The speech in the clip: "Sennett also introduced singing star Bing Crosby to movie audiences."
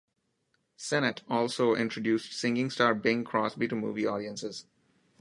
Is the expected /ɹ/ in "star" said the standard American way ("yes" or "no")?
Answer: yes